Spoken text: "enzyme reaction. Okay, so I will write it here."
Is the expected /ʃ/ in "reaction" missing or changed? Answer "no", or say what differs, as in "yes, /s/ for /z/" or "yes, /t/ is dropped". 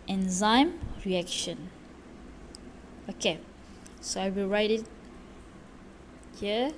no